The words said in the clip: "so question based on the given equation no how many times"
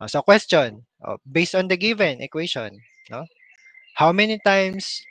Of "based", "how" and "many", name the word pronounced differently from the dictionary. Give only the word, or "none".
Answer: none